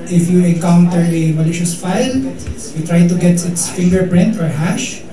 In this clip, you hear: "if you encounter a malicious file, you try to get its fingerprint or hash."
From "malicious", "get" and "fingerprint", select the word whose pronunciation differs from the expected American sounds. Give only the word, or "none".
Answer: none